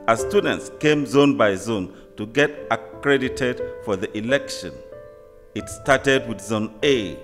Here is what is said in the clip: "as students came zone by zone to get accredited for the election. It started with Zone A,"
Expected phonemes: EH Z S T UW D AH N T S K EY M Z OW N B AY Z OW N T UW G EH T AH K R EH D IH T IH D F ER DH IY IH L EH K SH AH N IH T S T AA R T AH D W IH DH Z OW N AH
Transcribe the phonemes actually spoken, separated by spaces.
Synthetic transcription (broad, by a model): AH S T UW D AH N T S K EY M Z OW N B AY Z OW N T UW G EH T AH K R EH D IH T IH D F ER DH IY IH L EH K SH AH N IH T S T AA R T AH D W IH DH Z OW N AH